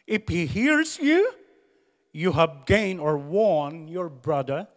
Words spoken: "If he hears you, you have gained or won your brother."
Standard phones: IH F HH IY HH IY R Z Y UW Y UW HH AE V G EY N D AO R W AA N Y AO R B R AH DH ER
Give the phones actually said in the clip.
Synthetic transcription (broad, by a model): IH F HH IY HH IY R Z Y UW Y UW HH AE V G EY N AO R W AA N Y AO R B R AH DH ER